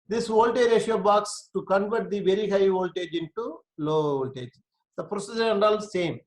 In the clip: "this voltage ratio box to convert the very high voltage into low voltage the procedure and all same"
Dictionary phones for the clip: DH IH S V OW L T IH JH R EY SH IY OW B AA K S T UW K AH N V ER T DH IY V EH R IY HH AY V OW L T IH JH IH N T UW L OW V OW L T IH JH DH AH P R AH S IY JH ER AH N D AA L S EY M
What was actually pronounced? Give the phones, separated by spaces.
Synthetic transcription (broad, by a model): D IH S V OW L T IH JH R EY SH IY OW B AA K S T UW K AH N V ER T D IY V EH R IY HH AY V OW L T IH JH IH N T UW L OW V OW L T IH JH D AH P R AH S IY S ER AH N D AA L S EY M